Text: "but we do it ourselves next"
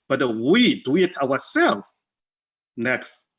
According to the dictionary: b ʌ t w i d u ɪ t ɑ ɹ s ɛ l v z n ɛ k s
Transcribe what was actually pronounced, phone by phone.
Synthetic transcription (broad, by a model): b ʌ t w i d u ɪ t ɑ w s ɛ l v n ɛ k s